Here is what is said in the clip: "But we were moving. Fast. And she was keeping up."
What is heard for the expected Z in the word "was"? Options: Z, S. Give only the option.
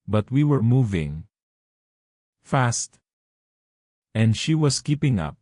S